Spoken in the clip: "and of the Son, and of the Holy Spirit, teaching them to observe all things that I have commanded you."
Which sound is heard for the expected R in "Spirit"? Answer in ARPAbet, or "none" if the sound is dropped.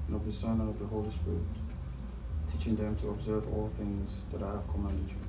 R